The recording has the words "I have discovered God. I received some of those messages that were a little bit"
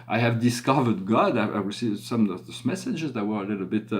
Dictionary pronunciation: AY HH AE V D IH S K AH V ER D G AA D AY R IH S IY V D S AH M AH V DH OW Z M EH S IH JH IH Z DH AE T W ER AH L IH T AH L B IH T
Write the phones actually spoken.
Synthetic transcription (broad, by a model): AY HH AE V D IH S K AH V ER D G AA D AY W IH S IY S AH M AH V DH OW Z M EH S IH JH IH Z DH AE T W ER AH L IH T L B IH T